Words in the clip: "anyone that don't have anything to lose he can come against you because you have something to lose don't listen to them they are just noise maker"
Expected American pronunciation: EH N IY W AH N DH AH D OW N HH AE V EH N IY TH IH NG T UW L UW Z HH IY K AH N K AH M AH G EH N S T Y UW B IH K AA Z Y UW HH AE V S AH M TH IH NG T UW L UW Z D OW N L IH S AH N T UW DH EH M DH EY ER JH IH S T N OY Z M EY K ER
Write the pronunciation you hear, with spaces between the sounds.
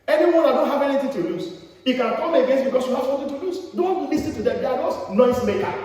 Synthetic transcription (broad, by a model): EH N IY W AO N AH D OW N HH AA V EH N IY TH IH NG T UW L UW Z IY K AH N K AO M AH G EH N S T B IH K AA S Y UW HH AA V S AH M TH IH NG T UW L UW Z D OW N L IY S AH T UW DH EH M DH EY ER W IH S N OY S M EY K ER